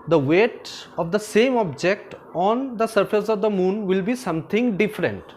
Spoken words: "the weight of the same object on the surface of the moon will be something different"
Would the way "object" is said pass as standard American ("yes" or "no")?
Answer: yes